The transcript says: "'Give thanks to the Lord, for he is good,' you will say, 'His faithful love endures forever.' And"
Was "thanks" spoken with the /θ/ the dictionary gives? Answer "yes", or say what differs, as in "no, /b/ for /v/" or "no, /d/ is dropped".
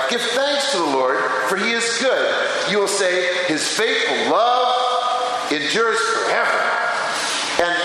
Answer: yes